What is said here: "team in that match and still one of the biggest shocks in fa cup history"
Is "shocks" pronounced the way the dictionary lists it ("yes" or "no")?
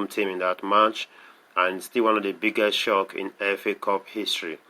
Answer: no